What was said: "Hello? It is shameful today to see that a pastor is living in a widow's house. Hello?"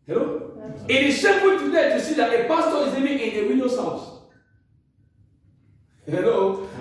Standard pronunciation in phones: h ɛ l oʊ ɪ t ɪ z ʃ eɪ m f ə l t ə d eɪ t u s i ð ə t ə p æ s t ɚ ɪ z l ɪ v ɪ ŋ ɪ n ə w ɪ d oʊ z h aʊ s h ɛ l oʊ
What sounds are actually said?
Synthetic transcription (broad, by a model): h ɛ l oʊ ɪ t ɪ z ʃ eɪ f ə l t ə d eɪ t u s i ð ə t ə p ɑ s t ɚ ɪ z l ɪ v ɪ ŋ ɪ n ə w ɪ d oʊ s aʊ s h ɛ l oʊ